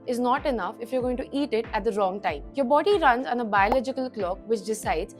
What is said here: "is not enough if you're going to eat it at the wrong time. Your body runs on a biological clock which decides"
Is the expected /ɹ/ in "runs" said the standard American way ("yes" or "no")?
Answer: yes